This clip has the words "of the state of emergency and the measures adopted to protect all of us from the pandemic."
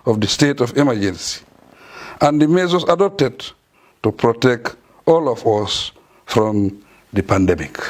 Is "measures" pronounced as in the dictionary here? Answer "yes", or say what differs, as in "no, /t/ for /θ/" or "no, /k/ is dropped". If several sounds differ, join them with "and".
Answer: no, /s/ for /ʒ/